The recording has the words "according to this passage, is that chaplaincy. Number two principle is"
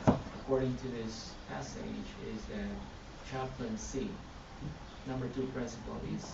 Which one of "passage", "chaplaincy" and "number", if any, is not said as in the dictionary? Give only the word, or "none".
none